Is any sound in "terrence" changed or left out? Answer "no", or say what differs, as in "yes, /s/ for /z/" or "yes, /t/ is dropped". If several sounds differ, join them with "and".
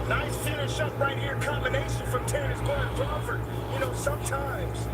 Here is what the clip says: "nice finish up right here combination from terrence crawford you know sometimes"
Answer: yes, /n/ is dropped